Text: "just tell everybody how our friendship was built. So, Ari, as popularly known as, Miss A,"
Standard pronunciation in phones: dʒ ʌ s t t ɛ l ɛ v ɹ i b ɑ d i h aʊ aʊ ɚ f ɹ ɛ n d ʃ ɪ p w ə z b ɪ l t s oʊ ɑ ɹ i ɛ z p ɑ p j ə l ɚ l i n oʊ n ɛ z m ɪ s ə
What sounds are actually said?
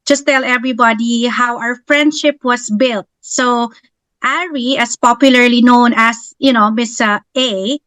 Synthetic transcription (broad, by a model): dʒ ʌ s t t ɛ l ɛ v ɹ i b ɑ d i h aʊ aʊ ɚ f ɹ ɛ n d ʃ ɪ p w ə s b ɪ l t s oʊ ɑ ɹ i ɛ s p ɑ p j ə l ɚ l i n oʊ n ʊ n m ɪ s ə